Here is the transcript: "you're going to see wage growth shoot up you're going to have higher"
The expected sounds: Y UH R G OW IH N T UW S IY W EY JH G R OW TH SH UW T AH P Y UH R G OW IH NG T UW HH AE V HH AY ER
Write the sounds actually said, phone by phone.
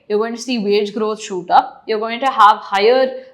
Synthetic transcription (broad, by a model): Y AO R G OW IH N T UW S IY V EY JH G R OW T SH UW T AH P Y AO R G OW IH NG T UW HH AE V HH AY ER